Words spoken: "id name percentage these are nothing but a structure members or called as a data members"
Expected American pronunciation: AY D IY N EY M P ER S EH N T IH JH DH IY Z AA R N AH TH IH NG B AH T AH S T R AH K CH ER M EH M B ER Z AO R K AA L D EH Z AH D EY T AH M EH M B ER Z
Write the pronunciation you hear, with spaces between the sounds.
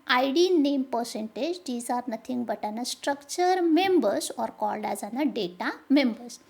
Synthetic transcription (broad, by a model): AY D IY N EY M P ER S EH N T IH JH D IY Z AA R N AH T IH NG B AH T AH S T R AH K CH ER M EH M B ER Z AO R K AA L D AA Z AH D EY T AH M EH M B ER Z